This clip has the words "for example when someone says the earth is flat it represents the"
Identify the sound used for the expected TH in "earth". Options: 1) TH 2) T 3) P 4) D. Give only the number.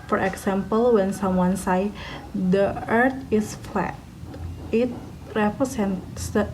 2